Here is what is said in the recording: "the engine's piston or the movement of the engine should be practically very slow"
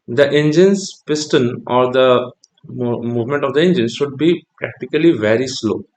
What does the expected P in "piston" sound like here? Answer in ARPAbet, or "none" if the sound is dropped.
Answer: P